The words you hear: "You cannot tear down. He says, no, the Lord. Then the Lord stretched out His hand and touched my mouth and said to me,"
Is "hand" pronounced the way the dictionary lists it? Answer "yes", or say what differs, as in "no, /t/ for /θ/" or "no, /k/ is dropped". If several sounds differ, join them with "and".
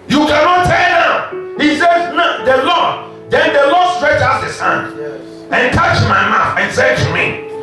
yes